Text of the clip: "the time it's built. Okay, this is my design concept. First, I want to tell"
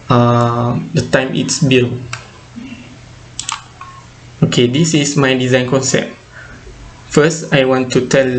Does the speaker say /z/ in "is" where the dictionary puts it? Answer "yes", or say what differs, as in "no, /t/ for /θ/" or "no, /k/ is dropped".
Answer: no, /s/ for /z/